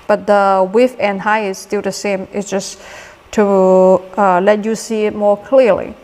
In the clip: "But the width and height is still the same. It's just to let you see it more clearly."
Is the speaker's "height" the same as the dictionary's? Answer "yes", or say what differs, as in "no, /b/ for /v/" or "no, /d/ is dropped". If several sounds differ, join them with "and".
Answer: no, /t/ is dropped